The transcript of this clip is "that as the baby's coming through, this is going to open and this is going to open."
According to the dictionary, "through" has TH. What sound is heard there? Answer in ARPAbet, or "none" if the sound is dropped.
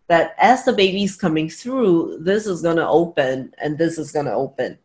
TH